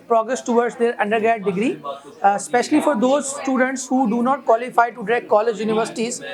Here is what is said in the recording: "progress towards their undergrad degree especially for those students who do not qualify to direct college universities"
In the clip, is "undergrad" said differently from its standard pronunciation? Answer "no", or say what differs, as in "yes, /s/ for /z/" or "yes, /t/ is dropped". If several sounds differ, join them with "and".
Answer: yes, /ɹ/ is dropped